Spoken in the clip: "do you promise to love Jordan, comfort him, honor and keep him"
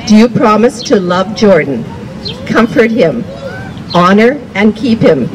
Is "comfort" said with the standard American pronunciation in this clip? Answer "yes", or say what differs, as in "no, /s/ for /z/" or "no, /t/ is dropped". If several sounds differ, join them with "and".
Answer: yes